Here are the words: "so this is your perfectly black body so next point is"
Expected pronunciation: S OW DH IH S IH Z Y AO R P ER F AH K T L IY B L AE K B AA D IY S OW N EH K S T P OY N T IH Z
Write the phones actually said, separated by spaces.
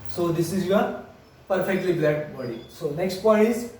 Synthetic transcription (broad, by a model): S OW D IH S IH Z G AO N P ER F AH K T L IY B L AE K B AA D IY S OW N EH K S T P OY T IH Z